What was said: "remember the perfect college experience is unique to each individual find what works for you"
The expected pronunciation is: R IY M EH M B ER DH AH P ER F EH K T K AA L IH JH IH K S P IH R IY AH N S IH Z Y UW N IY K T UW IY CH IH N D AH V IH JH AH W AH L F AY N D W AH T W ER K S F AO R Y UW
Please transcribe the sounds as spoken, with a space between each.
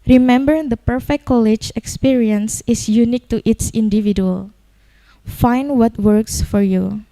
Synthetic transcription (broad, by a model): R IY M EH M B ER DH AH P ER F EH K K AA L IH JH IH K S P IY R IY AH N S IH S Y UW N IY K T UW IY S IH N D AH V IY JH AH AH L F AY N D W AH T W ER K S F AO R Y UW